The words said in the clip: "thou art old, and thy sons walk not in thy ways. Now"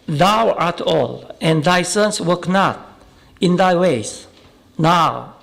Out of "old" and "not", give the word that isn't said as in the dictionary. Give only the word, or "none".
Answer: old